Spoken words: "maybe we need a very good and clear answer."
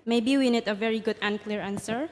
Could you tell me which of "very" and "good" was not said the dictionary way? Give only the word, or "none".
none